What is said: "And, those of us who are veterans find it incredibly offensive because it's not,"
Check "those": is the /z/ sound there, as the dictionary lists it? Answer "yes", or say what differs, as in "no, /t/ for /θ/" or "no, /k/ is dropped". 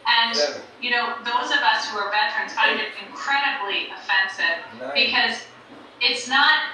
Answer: yes